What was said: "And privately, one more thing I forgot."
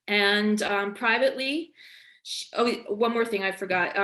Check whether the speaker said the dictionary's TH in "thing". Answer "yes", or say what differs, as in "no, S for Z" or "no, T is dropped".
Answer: yes